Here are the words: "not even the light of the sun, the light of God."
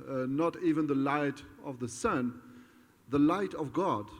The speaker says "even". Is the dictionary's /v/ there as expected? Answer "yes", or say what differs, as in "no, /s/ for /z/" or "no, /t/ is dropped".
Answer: yes